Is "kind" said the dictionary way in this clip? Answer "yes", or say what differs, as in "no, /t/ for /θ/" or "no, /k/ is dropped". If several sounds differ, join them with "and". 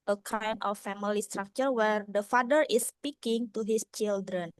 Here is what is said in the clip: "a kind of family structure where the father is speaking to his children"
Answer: no, /d/ is dropped